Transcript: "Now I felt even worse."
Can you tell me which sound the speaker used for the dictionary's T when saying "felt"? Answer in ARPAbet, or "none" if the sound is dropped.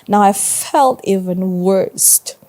T